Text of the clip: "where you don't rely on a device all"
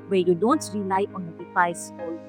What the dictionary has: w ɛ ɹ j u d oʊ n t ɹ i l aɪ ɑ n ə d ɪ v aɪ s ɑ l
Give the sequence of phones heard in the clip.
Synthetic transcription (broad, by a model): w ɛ j u d oʊ n t ɹ i l aɪ ɑ n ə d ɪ f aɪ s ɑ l